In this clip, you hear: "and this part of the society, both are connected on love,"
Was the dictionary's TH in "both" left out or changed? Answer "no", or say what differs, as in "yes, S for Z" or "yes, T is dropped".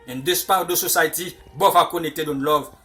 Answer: yes, F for TH